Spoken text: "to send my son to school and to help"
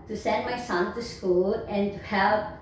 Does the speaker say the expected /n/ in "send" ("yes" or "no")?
yes